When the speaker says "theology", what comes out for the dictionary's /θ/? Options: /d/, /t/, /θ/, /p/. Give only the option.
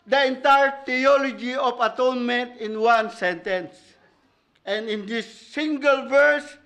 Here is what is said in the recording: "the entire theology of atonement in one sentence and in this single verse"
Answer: /t/